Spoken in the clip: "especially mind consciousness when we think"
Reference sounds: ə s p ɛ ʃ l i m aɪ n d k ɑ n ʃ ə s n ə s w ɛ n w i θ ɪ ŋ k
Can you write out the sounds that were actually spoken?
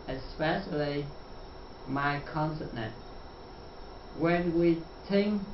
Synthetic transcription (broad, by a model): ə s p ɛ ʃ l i m aɪ k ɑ n s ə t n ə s w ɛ n w i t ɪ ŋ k